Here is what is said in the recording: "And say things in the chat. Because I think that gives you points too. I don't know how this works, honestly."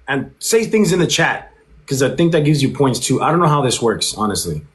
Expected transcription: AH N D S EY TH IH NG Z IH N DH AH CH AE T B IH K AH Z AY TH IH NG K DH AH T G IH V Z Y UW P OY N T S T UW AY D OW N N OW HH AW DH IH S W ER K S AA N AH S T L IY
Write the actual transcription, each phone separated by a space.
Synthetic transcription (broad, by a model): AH N S EY TH IH NG Z IH N DH AH CH AE T K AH Z AY TH IH NG K DH AH T G IH V Z Y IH P OY N T S T UW AY D OW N N OW HH AW DH IH S W ER K S AA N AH S T L IY